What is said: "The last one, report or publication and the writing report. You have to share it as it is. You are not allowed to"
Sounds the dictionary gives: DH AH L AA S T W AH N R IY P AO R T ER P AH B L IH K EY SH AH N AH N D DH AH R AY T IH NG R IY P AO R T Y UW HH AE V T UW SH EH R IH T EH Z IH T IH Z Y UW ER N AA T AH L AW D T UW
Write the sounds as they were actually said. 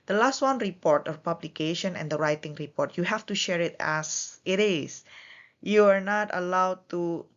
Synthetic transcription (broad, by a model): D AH L AA S T W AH N R IY P AO R T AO P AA B L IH K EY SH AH N AH N D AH R AY T IH NG R IY P AO R T Y UW HH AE F T UW SH EH R IH T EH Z IH T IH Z Y UW ER N AA T AH L AW D T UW